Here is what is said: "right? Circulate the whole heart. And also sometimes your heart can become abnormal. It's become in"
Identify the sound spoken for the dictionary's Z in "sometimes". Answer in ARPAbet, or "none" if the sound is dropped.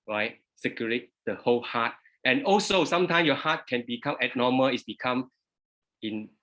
none